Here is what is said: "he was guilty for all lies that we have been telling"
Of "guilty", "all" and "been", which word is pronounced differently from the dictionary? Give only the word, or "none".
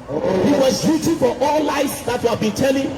guilty